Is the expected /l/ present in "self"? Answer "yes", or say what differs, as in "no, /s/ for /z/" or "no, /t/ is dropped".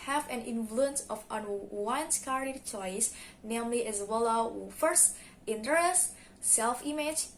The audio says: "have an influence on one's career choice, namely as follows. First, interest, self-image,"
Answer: yes